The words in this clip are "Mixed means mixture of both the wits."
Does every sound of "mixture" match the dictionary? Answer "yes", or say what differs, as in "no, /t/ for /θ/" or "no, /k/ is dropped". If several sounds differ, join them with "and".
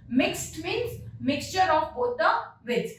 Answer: yes